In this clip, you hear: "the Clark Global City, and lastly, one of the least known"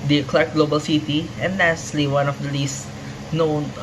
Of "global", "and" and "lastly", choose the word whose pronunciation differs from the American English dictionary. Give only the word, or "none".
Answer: lastly